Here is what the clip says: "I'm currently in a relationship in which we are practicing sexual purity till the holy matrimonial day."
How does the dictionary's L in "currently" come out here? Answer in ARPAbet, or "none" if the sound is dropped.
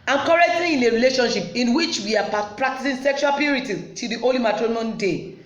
none